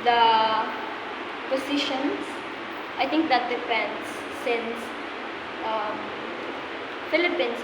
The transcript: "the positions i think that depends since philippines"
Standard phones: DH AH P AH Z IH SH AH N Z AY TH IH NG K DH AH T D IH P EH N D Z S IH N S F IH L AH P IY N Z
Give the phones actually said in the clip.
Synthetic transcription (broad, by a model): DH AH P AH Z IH SH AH N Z AY T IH NG K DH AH T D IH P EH N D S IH N S F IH L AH P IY N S